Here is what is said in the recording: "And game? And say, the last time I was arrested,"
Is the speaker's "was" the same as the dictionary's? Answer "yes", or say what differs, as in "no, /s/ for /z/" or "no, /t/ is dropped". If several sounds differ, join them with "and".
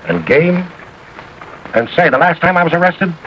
yes